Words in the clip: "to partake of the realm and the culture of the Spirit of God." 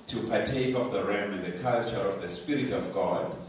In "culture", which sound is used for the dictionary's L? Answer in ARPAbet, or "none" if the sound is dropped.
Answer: L